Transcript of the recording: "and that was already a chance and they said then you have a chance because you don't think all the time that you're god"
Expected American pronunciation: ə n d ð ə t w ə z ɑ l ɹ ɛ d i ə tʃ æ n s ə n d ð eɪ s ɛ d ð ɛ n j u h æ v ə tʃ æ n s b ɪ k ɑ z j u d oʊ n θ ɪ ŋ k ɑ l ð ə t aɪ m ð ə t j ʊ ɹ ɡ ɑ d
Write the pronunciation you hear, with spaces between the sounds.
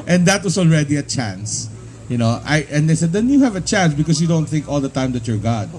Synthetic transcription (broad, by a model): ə n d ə t w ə s ɑ l ɹ ɛ d i ə tʃ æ n s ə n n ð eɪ s ɛ d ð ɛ n j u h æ v ə tʃ æ n s b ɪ k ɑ s j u d oʊ n θ ɪ ŋ k ɑ l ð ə t aɪ m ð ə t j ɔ ɹ ɡ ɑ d